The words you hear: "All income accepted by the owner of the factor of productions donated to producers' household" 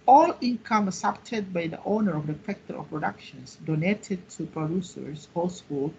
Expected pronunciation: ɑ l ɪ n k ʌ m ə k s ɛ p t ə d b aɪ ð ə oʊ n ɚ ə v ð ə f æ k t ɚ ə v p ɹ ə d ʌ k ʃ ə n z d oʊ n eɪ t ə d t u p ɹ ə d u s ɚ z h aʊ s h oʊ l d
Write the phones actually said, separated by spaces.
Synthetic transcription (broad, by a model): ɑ l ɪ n k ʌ m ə s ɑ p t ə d b aɪ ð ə oʊ n ɚ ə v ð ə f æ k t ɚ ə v p ɹ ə d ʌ k ʃ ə n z d oʊ n eɪ t ə d t u p ɹ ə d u s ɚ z h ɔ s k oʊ l